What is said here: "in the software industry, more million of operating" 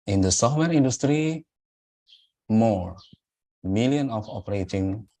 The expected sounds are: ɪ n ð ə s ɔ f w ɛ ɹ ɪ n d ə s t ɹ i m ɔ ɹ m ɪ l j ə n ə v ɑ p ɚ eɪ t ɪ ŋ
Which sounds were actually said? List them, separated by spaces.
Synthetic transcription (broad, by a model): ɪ n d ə s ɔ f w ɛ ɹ ɪ n d ə s t ɹ i m ɔ ɹ m ɪ l j ə n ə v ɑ p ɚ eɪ t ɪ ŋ